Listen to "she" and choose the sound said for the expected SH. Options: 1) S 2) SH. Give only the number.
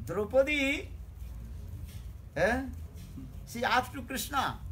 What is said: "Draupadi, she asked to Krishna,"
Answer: 1